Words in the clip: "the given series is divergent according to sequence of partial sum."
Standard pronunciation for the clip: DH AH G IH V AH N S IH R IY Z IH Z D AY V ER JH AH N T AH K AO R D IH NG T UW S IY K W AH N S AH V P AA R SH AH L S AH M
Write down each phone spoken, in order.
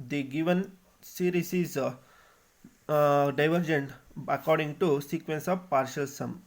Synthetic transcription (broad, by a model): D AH G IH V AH N S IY R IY S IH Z D AY V ER JH AH N T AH K AO R D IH NG T UW S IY K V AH N S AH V P AA R SH AH L S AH M